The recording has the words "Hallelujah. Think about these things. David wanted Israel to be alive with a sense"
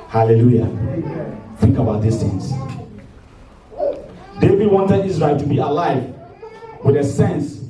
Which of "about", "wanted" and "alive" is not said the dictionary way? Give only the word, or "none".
none